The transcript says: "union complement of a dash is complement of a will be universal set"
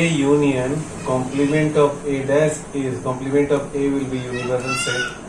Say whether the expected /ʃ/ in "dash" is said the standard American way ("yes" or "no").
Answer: no